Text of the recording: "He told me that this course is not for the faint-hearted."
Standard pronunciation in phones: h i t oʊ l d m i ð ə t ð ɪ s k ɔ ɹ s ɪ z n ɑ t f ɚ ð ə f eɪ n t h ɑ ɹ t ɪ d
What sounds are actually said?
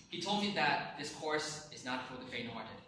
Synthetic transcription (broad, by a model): h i t oʊ l d m i ð ə t ð ɪ s k ɔ ɹ s ɪ z n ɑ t f ɚ ð ə f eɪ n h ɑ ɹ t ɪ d